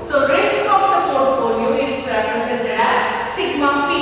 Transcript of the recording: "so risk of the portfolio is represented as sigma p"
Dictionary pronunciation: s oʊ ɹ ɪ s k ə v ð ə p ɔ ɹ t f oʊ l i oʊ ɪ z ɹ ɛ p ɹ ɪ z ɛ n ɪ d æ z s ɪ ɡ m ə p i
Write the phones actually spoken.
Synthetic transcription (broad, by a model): s oʊ ɹ ɪ s k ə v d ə p ɔ ɹ t f oʊ l i oʊ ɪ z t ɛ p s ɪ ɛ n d æ z s ɪ ɡ m ə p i